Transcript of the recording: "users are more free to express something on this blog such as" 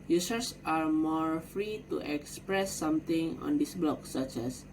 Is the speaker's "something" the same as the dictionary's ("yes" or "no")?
no